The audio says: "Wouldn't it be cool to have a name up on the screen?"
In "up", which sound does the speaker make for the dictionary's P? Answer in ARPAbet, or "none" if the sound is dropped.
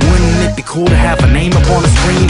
P